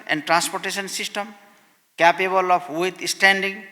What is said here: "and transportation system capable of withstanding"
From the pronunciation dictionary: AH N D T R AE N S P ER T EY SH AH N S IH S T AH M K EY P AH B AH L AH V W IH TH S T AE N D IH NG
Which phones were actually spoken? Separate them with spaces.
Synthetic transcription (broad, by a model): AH N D T R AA N S P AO T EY S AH N S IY S T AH M K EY P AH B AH L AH P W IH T S T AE N D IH NG